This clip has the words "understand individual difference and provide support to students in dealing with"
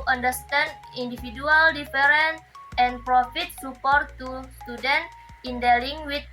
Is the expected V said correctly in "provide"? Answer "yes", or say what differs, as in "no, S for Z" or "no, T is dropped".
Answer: no, F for V